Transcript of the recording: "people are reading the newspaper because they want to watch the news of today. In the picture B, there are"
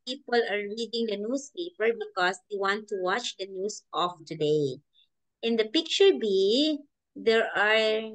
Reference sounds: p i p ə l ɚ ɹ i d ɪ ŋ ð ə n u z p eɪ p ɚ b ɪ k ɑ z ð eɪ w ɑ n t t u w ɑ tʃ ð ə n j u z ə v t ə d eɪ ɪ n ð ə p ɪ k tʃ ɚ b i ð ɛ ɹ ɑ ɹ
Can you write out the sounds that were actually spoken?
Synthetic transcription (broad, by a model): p i p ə l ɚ ɹ i d ɪ ŋ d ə n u s p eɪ p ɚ b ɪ k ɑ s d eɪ w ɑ n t t u w ɑ tʃ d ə n j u s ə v t ə d eɪ ɪ n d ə p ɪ k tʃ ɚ b i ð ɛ ɹ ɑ ɹ